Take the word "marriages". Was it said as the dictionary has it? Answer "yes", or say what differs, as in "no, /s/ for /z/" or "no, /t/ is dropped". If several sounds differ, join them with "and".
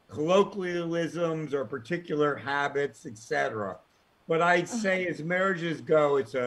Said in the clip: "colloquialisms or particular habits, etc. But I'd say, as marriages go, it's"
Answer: yes